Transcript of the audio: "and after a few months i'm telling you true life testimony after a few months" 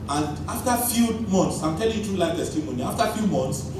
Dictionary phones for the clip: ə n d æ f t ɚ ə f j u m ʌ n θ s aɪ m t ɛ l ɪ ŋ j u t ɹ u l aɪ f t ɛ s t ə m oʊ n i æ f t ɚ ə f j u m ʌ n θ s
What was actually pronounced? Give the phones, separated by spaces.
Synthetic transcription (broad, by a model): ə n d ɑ f t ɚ f j u m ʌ n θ s aɪ m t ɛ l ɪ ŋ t u l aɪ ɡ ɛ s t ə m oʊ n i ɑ f t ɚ f j u m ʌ n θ s